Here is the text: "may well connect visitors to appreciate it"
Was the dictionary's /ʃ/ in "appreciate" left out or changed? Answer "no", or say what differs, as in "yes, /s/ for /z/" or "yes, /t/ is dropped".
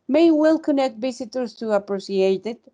yes, /s/ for /ʃ/